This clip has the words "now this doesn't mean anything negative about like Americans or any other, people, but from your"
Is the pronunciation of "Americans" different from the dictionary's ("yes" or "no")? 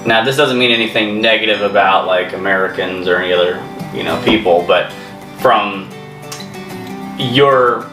no